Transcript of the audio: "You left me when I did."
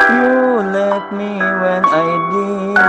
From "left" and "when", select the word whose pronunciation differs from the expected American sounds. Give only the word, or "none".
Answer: left